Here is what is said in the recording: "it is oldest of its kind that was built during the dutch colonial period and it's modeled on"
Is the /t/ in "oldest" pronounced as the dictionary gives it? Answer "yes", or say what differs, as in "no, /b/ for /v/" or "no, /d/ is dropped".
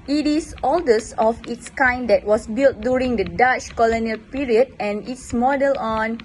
no, /t/ is dropped